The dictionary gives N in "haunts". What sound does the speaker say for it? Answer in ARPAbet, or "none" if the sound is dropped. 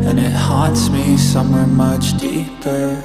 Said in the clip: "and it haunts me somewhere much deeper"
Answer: none